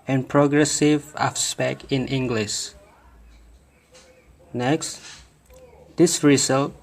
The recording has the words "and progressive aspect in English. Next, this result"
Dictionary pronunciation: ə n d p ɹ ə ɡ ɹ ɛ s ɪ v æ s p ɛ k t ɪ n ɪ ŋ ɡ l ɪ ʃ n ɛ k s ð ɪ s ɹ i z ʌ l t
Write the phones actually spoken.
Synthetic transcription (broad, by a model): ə n p ɹ ə ɡ ɹ ɛ s ɪ v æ s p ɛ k ɪ n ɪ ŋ ɡ l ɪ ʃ n ɛ k s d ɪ s ɹ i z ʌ l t